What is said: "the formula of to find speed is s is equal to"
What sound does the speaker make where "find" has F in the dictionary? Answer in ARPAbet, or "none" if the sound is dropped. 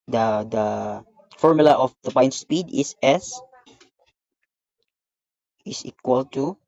P